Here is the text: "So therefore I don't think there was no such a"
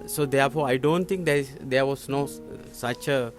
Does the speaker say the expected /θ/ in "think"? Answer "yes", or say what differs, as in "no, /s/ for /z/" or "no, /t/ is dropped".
no, /t/ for /θ/